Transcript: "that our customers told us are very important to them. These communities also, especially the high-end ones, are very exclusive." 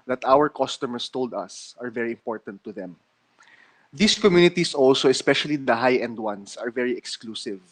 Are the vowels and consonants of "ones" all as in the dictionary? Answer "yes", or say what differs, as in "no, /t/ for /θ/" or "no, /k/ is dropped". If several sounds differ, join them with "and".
no, /s/ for /z/